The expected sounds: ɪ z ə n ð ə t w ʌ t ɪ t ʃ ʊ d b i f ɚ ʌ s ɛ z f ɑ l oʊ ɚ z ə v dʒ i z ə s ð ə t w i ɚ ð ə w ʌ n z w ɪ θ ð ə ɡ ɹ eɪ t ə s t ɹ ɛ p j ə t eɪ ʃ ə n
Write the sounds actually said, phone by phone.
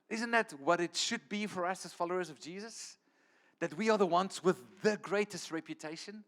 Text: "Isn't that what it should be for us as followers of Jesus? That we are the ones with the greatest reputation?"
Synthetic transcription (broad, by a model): ɪ z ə n ð ə t w ʌ t ɪ t ʃ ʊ d b i f ɚ ʌ s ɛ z f ɑ l oʊ ɚ z ə v dʒ i z ə s ð ə t w i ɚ ð ə w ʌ n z w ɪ ð ə ɡ ɹ eɪ t ə s t ɹ ɛ p j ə t eɪ ʃ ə n